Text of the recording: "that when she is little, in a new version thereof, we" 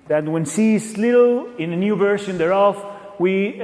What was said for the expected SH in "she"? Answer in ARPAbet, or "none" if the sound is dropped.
S